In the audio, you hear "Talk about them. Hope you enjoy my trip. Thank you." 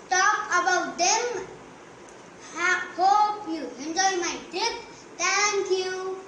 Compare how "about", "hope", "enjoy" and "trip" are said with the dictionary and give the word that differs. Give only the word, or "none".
trip